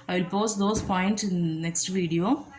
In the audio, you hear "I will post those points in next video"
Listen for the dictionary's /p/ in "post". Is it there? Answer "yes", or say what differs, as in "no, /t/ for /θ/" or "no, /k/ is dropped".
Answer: yes